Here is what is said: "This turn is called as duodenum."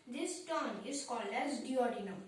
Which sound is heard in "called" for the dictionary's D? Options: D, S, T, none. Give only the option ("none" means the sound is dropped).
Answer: none